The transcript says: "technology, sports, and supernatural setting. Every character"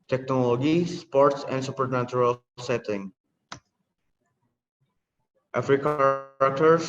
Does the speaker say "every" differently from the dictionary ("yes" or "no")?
yes